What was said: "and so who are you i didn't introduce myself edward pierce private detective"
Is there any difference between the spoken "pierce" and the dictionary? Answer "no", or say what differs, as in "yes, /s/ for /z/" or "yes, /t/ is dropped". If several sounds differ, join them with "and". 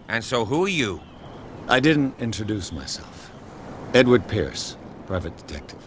no